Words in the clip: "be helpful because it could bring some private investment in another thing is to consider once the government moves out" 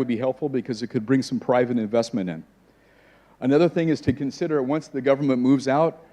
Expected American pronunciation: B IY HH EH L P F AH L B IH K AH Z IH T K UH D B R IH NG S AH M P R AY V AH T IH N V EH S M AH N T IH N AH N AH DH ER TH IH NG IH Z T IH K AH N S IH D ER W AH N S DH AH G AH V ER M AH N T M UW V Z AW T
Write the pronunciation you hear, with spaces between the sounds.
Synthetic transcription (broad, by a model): B IY HH EH L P F L B IH K AH Z IH T K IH D B R IH NG S AH M P R AY V AH T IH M V EH S M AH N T IH N AH N AH DH ER TH IH NG IH Z T IH K AH N S IH D ER W AH N S DH AH G AH V ER M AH N M UW V Z AW T